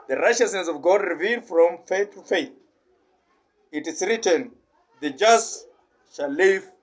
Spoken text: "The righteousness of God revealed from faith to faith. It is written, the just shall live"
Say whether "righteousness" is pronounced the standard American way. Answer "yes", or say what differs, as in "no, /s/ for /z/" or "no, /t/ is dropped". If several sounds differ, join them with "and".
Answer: yes